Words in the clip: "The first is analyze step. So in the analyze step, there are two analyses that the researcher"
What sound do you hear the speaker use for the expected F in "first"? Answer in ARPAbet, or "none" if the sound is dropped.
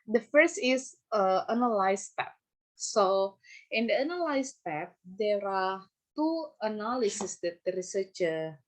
F